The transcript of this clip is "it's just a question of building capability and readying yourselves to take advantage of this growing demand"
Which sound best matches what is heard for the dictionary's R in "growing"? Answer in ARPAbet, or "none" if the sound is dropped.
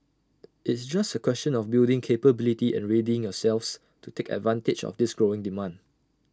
R